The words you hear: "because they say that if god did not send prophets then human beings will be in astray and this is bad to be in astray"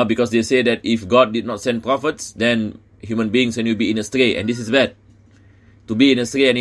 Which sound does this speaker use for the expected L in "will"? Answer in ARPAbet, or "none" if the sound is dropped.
W